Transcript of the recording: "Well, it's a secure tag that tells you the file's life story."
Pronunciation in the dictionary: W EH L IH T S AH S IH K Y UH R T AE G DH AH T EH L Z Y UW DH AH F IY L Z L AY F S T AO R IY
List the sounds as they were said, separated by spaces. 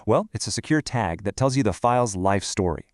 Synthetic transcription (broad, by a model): W EH L IH T S AH S IH K Y UH R T AE G DH AH T EH L Z Y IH DH AH F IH L Z L AY F S T AO R IY